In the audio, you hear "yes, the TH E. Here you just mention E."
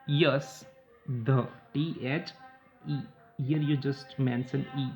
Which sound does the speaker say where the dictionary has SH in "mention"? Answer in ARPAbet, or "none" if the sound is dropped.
S